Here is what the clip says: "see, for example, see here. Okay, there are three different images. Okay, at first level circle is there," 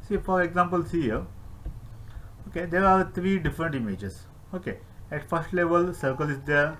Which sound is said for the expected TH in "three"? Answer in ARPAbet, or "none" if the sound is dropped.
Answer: T